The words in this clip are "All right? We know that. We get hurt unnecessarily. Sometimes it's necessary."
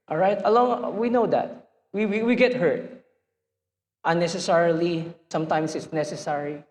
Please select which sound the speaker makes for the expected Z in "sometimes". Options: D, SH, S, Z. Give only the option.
S